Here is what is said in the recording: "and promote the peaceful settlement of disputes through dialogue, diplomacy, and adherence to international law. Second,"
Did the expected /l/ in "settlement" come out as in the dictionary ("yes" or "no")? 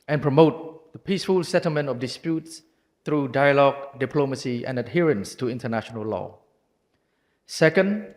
yes